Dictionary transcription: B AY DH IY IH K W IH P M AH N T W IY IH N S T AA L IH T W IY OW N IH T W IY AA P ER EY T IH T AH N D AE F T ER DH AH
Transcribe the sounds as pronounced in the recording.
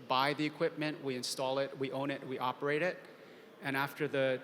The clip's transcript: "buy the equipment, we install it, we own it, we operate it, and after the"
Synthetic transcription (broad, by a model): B AY DH IY IH K W IH P M AH N T W IY IH N S T AA L IH T W IY OW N IH T W IY AA P ER EY T IH T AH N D AE F T ER DH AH